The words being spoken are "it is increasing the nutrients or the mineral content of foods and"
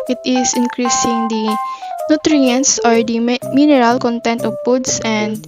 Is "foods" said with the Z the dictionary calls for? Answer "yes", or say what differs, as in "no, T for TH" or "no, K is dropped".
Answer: no, S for Z